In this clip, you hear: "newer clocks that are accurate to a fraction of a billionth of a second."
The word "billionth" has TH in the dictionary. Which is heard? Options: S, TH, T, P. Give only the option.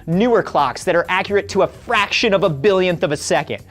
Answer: TH